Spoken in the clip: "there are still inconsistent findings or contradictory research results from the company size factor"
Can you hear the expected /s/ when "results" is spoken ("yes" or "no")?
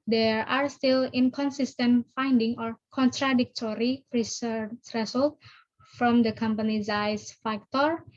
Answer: no